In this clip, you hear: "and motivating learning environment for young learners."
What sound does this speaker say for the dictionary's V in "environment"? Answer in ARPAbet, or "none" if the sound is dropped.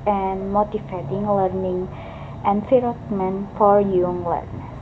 F